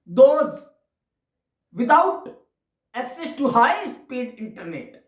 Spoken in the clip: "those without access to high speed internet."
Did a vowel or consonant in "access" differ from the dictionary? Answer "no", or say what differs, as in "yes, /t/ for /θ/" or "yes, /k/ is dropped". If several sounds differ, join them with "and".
yes, /k/ is dropped